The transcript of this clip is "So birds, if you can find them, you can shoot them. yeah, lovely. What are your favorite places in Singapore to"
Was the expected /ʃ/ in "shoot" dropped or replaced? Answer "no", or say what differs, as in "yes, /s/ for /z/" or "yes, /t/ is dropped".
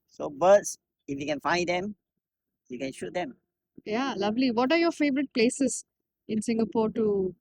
no